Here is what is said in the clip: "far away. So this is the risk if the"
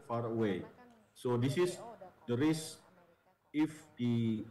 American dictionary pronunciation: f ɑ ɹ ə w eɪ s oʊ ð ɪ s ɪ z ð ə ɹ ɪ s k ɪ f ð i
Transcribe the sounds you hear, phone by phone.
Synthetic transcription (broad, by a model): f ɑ ɹ ə w eɪ s oʊ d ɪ s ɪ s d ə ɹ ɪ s ɪ f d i